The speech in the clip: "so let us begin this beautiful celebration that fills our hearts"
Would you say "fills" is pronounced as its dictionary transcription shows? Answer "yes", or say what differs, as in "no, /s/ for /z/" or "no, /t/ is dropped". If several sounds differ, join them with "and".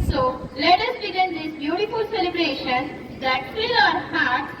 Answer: no, /z/ is dropped